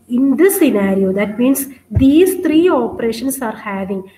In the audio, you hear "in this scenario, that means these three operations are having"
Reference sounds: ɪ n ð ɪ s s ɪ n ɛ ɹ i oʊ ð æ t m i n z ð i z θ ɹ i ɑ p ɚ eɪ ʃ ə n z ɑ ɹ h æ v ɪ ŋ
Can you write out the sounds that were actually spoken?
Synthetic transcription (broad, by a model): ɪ n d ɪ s s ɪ n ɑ ɹ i oʊ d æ t m i n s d i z t ɹ i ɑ p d eɪ ʃ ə n s ɑ ɹ h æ v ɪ ŋ